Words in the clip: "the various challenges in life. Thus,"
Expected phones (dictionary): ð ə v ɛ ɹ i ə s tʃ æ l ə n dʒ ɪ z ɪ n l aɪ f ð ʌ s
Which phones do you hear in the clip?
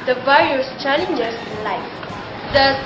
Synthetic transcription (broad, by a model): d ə v ɛ ɹ i ə s tʃ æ l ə n dʒ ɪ s ɪ n l aɪ f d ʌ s